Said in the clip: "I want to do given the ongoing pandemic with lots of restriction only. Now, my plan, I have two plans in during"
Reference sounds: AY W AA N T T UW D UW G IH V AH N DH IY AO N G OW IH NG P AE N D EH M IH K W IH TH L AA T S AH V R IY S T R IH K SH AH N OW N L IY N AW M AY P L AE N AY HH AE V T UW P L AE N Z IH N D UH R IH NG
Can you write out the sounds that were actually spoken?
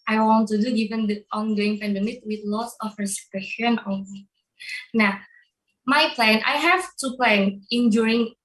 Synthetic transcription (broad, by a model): AY W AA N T T UW D UW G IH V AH N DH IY AO N G OW IH NG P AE N D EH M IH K W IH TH L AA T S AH F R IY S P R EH SH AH N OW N IY N AW M AY P L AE N AY HH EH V T UW P L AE N IH N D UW R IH NG